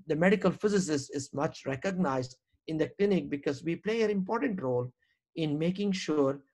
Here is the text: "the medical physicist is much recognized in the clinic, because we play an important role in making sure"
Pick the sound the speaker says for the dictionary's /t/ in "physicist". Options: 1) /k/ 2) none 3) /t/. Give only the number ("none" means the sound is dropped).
2